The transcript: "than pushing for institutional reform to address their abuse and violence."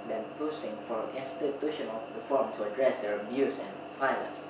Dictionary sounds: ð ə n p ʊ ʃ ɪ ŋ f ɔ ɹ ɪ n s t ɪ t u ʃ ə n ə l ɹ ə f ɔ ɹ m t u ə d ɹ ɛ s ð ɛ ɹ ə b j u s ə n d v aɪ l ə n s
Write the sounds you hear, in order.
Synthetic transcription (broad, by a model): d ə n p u s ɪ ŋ f ɔ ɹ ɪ n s t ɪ t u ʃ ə n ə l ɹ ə f ɔ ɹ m t u ə d ɹ ɛ s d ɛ ɹ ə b j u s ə n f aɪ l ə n s